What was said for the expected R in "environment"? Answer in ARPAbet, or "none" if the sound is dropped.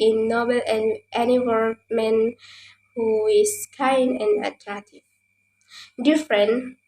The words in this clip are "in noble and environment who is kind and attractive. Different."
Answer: W